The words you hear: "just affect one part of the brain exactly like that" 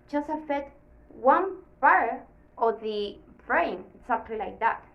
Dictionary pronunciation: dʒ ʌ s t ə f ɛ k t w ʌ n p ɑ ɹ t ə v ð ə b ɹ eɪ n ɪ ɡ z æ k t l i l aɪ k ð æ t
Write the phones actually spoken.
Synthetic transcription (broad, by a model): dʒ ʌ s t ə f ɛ t w ʌ n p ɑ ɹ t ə ð ə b ɹ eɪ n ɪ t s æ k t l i l aɪ k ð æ t